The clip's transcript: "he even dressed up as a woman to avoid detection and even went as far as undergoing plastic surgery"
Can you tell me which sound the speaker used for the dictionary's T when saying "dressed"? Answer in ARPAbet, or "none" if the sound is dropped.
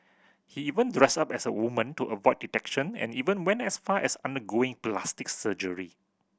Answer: none